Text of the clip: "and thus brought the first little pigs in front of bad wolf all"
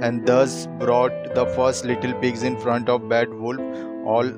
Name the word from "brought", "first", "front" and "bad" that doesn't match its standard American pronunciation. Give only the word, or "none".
none